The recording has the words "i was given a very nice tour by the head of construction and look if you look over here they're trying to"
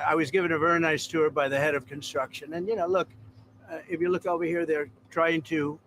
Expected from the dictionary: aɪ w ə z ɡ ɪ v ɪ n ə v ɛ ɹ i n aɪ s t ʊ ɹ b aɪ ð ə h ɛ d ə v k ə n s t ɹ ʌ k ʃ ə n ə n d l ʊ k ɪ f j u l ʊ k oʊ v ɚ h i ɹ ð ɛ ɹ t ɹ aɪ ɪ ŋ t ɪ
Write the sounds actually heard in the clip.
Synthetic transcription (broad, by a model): aɪ w ə z ɡ ɪ v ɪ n ə v ɛ ɹ i n aɪ s t ʊ ɹ b aɪ ð ə h ɛ d ə v k ə n s t ɹ ʌ k ʃ ə n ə n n l ʊ k ɪ f j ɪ l ʊ k oʊ v ɚ h i ɹ ð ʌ ɹ t ɹ aɪ ɪ ŋ t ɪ